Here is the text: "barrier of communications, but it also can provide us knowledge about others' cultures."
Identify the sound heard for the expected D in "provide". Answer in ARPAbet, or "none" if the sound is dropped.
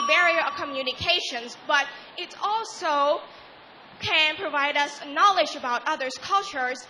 D